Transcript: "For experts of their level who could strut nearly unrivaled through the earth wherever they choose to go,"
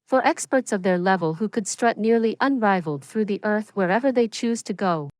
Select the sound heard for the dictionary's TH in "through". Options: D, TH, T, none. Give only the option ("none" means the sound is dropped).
TH